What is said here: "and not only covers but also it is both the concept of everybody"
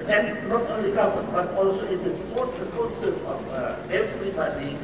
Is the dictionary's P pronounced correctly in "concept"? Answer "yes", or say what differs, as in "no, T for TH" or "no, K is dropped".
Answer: no, P is dropped